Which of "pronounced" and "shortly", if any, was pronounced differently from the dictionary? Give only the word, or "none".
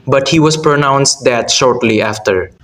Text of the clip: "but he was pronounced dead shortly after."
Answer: none